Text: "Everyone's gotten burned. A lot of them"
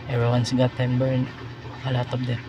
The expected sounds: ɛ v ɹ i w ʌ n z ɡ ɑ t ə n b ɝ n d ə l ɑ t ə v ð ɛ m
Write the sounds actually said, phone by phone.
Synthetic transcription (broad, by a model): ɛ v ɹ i w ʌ n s ɡ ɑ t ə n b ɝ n ə l ɑ t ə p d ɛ